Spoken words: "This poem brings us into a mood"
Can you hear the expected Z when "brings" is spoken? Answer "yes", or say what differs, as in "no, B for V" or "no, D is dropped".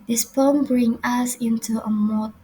no, Z is dropped